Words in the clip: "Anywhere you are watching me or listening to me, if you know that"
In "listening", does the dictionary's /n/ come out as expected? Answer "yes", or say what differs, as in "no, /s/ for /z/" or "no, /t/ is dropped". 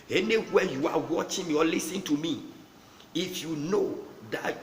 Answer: no, /n/ is dropped